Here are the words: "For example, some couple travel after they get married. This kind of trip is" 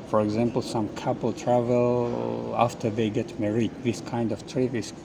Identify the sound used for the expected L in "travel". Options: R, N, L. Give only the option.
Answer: L